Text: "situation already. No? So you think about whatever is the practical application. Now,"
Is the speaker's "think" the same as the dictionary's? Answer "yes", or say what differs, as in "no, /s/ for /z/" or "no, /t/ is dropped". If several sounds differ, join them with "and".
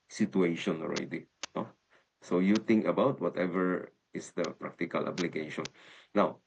no, /t/ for /θ/